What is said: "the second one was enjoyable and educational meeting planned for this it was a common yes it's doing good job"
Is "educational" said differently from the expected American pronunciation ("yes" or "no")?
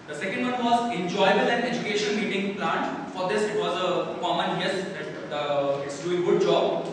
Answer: yes